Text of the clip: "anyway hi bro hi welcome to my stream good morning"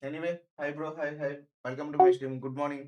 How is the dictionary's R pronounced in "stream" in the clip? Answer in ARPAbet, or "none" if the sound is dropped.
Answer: none